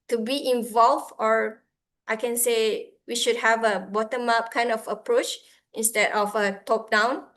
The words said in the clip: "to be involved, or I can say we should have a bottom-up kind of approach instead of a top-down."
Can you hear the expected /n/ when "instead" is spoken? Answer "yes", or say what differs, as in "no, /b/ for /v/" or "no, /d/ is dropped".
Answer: yes